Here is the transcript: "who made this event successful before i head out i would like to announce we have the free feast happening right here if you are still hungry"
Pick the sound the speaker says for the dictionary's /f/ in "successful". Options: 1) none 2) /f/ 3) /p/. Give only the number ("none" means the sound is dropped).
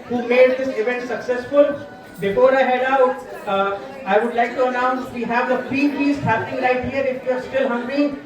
2